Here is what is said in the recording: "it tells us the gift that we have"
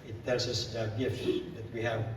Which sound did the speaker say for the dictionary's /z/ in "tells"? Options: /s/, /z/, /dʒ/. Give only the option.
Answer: /s/